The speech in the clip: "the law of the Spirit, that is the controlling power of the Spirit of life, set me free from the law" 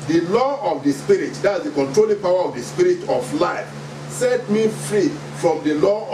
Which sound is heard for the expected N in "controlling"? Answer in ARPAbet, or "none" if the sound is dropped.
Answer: N